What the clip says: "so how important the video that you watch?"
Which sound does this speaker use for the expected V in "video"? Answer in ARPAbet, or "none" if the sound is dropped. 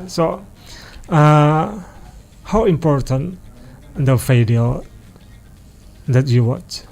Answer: F